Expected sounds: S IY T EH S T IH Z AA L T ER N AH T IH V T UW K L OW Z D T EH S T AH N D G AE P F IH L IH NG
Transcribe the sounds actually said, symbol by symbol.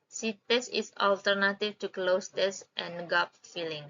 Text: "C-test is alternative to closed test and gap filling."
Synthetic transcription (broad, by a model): S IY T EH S IH S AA L T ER N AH T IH F T UW K L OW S T EH S T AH N G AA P F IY L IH NG